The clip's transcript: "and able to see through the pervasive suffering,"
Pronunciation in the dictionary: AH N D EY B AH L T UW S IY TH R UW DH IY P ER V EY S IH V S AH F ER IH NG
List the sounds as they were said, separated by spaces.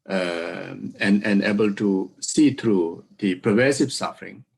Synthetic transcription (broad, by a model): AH N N EY B AH L T UW S IY T R UW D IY P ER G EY S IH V S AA F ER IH NG